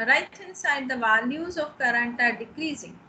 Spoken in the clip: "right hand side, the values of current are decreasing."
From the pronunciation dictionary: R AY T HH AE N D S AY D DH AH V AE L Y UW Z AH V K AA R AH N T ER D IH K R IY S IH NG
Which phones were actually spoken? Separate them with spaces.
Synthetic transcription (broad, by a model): R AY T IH N S AY D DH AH V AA N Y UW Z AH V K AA R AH N T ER D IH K R IY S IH NG